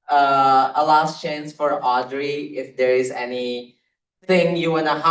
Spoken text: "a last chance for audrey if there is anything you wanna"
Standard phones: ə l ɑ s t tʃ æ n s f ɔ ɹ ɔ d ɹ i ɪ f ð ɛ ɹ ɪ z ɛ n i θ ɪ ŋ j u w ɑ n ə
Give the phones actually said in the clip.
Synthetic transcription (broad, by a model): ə l ɑ s t tʃ æ n s f ɔ ɹ ɔ d ɹ i ɪ f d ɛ ɹ ɪ z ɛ n i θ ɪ ŋ j u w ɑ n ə